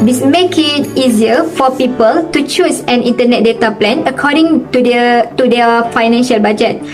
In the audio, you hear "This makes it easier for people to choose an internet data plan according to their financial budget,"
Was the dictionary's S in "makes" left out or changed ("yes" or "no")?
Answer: yes